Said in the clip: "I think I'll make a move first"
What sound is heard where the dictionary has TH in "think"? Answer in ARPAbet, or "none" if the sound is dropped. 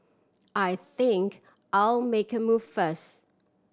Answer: TH